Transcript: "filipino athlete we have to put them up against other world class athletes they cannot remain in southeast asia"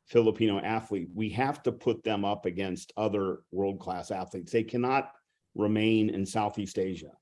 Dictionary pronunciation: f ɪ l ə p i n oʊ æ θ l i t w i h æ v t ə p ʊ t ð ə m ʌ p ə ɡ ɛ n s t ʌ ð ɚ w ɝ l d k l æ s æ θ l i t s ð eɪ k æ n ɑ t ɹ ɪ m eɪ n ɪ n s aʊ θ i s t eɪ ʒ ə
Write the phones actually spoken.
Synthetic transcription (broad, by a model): f ɪ l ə p i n oʊ æ θ l i t w i h æ f t ə p ʊ t ð ə m ʌ p ə ɡ ɛ n s t ʌ ð ɚ w ɝ l d k l æ s æ θ l i t s ð eɪ k æ n ɑ t ɹ ɪ m eɪ n ɪ n s aʊ θ i s t eɪ ʒ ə